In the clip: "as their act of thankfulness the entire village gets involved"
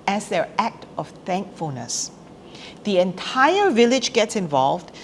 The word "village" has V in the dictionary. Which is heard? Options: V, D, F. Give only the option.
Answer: V